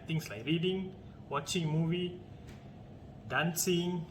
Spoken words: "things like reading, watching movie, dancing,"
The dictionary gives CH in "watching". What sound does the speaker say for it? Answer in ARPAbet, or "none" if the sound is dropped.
CH